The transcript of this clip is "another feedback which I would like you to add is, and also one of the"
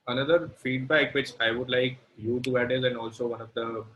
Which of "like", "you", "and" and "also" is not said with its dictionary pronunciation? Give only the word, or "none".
none